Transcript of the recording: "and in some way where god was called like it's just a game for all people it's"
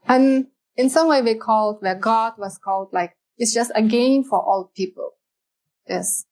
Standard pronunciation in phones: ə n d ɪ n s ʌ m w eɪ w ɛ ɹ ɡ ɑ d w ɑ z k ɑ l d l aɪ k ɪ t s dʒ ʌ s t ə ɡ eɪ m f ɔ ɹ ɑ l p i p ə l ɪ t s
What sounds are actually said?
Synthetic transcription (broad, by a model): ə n ɪ n s ʌ m w eɪ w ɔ l ɡ ɑ d w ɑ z k ɑ l d l aɪ k ɪ t s dʒ ʌ s t ə ɡ eɪ m f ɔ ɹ ɑ l p i p ə l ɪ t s